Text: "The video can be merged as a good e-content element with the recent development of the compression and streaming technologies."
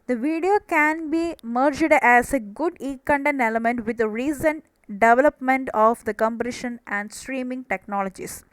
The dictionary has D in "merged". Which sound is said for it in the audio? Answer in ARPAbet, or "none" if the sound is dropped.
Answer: D